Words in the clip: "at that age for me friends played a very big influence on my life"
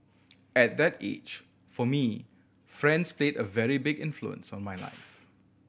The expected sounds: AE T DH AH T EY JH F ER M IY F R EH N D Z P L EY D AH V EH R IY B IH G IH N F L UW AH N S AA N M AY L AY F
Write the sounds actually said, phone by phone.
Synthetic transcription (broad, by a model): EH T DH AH T EY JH F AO M IY F R EH N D S P L EY D AH V EH R IY B IH G IH N F L UW AH N S AA N M AY L AY F